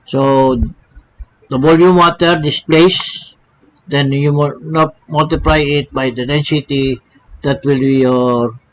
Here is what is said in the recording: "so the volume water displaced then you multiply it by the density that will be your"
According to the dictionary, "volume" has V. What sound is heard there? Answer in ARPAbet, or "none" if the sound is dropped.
B